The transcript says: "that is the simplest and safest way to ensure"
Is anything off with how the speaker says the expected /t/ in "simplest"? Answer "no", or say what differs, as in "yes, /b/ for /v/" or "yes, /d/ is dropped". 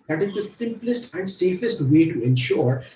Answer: no